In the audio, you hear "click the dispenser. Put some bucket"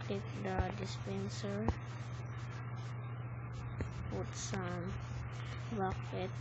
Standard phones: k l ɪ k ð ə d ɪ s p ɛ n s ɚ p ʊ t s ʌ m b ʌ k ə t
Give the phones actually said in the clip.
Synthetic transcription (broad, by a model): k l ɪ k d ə d ɪ s p ɛ n s ɚ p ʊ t s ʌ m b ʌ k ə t